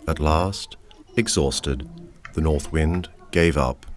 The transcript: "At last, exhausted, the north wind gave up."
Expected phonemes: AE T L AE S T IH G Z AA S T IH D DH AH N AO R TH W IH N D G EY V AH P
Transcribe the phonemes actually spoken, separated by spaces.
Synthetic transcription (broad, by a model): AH T L AE S T IH G Z AA S T IH D DH AH N AO R TH W IH N D G EY V AH P